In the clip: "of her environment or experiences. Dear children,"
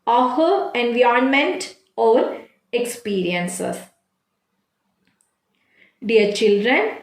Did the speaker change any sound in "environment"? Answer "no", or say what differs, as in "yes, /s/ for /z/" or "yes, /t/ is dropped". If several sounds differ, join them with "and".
yes, /ɹ/ is dropped